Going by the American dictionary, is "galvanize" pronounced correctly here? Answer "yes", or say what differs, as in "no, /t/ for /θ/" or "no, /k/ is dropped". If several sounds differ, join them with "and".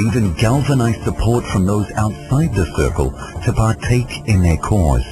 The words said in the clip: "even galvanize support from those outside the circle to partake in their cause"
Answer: yes